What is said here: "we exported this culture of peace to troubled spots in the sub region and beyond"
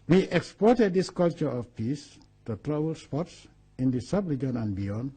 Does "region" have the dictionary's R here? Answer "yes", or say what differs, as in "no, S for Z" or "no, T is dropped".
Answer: no, L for R